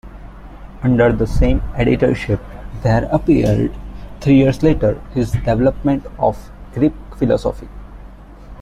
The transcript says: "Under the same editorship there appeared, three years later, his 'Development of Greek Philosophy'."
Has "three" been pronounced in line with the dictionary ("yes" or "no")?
no